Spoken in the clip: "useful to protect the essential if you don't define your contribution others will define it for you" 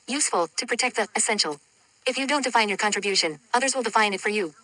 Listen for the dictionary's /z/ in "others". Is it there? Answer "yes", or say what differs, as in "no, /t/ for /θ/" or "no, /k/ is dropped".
yes